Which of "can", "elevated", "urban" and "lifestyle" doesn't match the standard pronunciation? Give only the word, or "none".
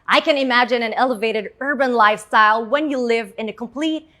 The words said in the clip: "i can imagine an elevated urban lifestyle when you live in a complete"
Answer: none